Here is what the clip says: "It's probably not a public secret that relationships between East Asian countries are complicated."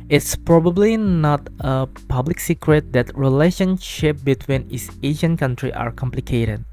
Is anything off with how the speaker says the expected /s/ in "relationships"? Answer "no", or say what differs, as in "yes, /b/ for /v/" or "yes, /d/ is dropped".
yes, /s/ is dropped